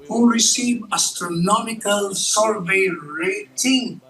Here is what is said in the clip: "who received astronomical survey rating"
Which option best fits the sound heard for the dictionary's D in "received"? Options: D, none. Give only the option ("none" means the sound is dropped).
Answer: none